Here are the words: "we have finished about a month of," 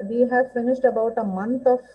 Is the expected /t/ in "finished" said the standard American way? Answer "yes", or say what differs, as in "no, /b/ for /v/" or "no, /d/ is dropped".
yes